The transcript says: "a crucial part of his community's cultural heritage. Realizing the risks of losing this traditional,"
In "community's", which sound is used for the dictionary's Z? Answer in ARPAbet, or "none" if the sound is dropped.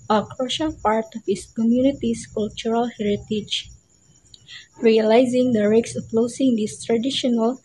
S